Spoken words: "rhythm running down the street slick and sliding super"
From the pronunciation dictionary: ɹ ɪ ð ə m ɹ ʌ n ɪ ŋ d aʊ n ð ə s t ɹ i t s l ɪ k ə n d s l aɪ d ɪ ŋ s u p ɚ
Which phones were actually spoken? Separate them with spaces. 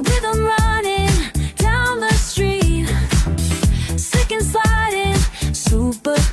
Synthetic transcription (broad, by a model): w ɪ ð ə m ɹ ʌ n ɪ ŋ d aʊ n ð ə s t ɹ i t s ɪ k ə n s aɪ d ɪ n s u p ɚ